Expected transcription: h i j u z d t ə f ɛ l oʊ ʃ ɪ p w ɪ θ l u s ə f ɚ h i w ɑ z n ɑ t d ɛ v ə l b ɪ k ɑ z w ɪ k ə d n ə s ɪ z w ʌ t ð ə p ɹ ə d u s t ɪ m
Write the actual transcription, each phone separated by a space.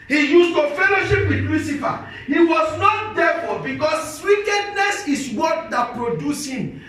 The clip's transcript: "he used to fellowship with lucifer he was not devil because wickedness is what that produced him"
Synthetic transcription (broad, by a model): h i j u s t ə f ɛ l oʊ ʃ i p w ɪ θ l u s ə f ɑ h i w ɑ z n ɑ t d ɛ f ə b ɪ k ɑ s w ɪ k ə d n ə s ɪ s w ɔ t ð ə p ɹ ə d u s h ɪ m